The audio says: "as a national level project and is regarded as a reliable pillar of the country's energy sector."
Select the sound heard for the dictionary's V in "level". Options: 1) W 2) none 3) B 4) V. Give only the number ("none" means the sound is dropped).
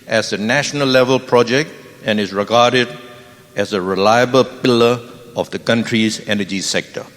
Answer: 4